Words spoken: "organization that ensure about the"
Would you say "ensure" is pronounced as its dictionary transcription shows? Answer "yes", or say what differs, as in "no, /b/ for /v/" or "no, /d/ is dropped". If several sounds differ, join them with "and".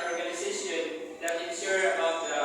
no, /s/ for /ʃ/